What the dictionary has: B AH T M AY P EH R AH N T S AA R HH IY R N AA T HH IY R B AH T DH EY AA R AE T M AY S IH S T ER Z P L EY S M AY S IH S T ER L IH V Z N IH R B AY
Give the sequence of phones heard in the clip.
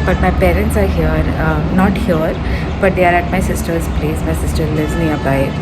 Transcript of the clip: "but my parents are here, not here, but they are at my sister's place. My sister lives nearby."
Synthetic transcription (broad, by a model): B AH T M AY P EH R AH N T S AA R HH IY R N AA T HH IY R B AH T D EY AA R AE T M AY S IH S T ER Z P L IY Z M AY S IH S T ER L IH Z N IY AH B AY